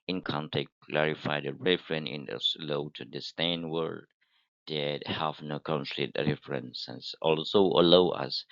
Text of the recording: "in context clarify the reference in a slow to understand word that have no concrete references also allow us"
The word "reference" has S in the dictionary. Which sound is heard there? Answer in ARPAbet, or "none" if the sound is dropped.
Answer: none